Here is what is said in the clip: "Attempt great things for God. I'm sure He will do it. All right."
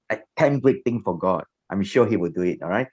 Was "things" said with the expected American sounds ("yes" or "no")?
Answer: no